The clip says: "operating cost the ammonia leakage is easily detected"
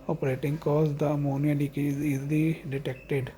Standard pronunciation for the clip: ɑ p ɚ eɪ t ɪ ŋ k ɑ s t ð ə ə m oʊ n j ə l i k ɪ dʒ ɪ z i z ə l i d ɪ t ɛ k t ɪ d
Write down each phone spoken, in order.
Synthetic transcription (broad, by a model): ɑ p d eɪ t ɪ ŋ k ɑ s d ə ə m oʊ n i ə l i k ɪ z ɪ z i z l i d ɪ t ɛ k t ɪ d